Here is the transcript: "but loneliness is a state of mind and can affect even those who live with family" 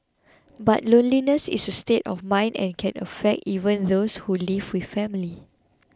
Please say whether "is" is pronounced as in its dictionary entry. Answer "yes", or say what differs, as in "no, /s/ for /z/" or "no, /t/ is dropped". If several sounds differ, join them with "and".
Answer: no, /s/ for /z/